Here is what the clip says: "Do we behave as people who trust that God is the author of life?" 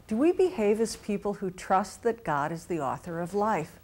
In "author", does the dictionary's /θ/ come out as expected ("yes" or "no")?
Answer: yes